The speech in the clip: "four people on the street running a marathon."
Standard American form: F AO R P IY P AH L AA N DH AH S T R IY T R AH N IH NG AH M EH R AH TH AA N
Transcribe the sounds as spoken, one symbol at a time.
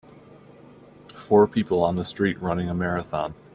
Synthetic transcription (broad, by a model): F AO R P IY P L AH N DH AH S T R IY T R AH N IH NG AH M EH R AH TH AA N